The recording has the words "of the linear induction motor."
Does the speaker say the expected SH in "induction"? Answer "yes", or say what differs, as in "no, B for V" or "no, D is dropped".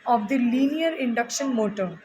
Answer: yes